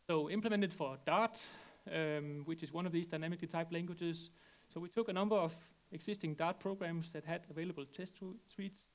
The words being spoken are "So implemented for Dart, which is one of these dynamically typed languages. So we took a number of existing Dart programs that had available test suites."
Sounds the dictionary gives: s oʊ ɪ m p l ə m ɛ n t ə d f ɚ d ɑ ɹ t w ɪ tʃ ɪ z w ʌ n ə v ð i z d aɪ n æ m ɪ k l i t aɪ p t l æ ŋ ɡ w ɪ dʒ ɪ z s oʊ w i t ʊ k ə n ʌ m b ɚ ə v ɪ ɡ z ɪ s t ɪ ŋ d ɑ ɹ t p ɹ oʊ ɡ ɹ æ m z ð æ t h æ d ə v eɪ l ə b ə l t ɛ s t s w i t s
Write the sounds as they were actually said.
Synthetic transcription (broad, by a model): s oʊ ɪ m p l ə m ɛ n t ə d f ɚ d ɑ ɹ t w ɪ tʃ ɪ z w ʌ n ə v ð i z d aɪ n æ m ɪ k l i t aɪ p l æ ŋ ɡ w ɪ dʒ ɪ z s oʊ w i t ʊ k ə n ʌ m b ɚ ə v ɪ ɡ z ɪ s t ɪ ŋ d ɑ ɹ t p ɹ oʊ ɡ ɹ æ m s ð æ t h æ d ə v eɪ l ə b ə l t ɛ s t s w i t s